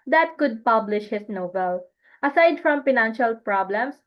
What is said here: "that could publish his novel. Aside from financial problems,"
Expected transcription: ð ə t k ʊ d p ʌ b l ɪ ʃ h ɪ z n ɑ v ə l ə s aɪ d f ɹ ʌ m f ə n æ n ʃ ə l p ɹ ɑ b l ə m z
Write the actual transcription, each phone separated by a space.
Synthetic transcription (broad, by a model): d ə t k ʊ d p ʌ b l ɪ ʃ h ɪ s n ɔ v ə l ə s aɪ d f ɹ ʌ m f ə n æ n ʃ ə l p ɹ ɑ b l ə m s